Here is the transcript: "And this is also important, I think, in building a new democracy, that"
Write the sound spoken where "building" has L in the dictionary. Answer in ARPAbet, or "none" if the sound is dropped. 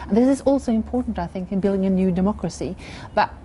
L